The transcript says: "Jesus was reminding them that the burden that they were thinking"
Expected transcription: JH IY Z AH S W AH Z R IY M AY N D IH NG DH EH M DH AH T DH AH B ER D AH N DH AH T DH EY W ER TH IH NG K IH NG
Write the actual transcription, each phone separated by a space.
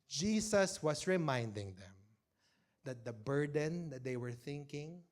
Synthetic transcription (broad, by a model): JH IY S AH S W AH S R IY M AY N D IH NG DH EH M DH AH T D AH B ER D AH N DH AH T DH EY W ER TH IH NG K IH NG